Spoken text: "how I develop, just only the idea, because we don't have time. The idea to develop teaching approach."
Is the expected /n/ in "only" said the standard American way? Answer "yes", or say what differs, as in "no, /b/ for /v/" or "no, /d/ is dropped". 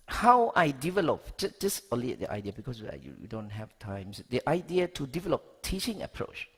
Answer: no, /n/ is dropped